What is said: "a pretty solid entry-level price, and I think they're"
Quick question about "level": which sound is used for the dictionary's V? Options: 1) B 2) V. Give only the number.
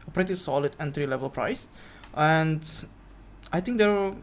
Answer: 2